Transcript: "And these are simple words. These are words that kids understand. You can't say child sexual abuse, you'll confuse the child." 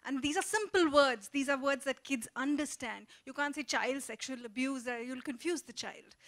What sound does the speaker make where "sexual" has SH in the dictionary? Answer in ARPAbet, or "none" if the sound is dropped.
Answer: SH